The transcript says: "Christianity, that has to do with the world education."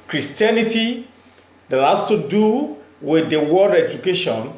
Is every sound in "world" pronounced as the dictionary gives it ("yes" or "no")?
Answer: no